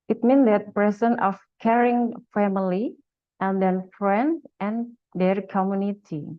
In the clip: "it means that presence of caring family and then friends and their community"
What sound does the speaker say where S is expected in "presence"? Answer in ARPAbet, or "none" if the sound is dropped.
none